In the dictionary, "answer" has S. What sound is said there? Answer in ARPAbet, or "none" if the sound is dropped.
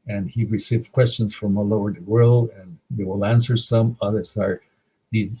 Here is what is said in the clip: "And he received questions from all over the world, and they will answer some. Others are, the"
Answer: S